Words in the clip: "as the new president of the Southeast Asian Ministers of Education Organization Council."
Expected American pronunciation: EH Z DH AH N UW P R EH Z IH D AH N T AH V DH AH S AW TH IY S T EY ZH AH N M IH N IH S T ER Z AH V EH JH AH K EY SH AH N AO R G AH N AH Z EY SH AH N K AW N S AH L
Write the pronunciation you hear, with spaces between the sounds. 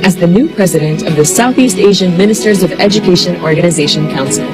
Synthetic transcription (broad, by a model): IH Z DH AH N UW P R EH Z IH D AH N T AH V DH AH S AW TH IY S T EY ZH AH N M IH N IH S T ER Z AH V EH JH AH K EY SH AH N AO R G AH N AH Z EY SH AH N K AW N S L